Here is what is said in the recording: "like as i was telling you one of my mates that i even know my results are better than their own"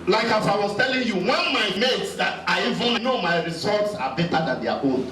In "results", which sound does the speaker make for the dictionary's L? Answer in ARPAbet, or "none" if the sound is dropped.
none